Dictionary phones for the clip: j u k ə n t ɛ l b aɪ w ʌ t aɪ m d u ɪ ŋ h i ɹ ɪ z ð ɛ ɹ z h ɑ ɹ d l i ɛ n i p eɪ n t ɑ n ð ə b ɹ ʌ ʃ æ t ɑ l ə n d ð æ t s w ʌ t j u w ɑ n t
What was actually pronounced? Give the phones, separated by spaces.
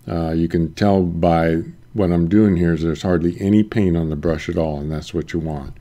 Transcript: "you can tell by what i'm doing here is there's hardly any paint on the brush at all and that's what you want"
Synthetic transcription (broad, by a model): j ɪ k ə n t ɛ l b aɪ w ʌ t aɪ m d u ɪ ŋ h i ɹ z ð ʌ ɹ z h ɑ ɹ d l i ɛ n i p eɪ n ɑ n ð ə b ɹ ʌ ʃ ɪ t ɑ l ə n ð æ t s w ʌ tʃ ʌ w ɑ n t